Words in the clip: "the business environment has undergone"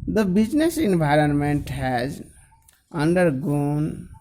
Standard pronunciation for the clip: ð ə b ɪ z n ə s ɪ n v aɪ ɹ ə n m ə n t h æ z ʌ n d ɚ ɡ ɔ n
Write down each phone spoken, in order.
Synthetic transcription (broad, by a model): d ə b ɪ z n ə s ɪ n v aɪ ɹ ə n m ə n t h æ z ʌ n d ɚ ɡ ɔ n